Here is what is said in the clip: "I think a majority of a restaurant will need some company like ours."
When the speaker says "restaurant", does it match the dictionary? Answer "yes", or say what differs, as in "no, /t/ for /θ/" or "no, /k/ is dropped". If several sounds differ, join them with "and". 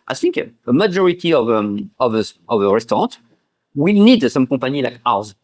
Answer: no, /n/ is dropped